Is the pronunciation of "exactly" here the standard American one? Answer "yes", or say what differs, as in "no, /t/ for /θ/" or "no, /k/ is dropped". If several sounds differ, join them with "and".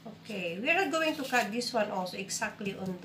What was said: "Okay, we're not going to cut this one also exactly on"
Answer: no, /s/ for /z/